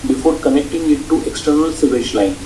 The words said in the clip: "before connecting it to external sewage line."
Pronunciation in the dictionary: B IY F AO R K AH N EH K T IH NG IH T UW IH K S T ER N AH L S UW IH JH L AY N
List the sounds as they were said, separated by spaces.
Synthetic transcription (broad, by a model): B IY F AO R K AH N EH K T IH NG IH T UW IH K S T ER N AH L S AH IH SH L AY N